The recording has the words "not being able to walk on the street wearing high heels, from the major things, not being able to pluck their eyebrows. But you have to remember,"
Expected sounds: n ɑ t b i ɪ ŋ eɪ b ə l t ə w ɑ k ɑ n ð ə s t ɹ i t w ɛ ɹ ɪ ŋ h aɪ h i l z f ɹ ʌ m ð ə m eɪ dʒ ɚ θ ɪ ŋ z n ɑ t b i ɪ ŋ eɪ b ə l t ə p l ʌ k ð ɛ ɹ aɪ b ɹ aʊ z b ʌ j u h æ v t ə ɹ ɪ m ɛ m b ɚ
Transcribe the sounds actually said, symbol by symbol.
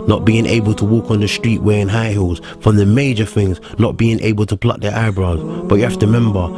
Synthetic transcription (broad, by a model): n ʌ t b i ɪ ŋ eɪ b ə l t ə w ɑ k n ð ə s t ɹ i t w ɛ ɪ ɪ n h aɪ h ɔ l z f ɹ ʌ m ð ə m eɪ dʒ ɚ θ ɪ ŋ z n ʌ t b i ɪ ŋ eɪ b ə l t ə p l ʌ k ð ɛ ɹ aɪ b ɹ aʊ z b ʌ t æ f t ə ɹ m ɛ m b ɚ